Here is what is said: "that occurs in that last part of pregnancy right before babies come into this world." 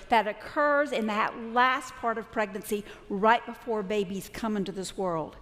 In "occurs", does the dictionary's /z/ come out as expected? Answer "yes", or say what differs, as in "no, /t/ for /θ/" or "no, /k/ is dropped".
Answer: yes